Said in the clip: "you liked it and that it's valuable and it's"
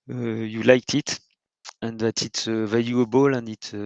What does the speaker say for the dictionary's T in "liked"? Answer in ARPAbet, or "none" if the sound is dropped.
T